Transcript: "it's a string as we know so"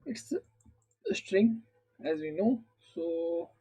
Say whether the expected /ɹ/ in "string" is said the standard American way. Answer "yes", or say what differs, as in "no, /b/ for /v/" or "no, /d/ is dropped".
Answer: yes